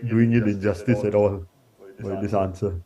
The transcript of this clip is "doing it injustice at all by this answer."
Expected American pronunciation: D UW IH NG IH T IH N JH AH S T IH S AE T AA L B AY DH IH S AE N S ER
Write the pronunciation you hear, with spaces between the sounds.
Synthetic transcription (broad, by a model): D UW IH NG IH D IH JH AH S T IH S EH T AA L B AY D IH S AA N S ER